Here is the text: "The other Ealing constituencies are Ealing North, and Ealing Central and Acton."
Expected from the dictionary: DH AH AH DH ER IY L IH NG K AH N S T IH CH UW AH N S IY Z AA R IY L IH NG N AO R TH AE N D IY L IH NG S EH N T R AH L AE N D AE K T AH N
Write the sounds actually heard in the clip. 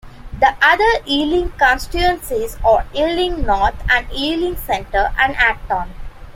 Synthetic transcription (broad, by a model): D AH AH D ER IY L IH NG K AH N S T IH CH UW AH N S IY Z AA R IY L IH NG N AO R T AE N D IY L IH NG S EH N T AH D AE N D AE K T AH N